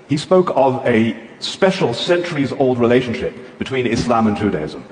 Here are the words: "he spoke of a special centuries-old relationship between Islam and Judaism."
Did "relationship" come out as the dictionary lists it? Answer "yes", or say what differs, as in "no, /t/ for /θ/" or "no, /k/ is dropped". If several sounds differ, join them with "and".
yes